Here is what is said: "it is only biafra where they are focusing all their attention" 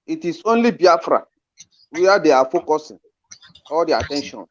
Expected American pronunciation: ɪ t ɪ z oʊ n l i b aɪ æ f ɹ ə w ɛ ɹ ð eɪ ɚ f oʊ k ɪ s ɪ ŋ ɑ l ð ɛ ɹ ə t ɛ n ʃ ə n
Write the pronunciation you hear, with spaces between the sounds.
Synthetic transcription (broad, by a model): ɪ t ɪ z oʊ n l i b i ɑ f ɹ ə w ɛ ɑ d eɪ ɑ f oʊ k ɪ s ɪ ŋ ɑ l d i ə t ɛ n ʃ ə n